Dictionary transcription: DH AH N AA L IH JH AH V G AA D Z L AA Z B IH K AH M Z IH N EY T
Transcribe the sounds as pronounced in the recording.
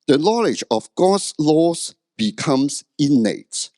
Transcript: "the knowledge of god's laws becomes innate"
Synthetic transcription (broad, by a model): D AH N AA L IH JH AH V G AA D S L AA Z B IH K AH M S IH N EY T